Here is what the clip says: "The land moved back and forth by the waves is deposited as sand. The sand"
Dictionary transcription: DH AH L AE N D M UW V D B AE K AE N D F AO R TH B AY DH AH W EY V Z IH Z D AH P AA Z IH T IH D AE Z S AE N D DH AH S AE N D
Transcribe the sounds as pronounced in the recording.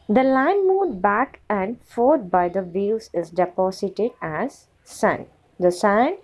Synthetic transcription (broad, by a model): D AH L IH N M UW D B AE K AE N D F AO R T B AY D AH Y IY Z IH Z D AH P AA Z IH T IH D AE Z S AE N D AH S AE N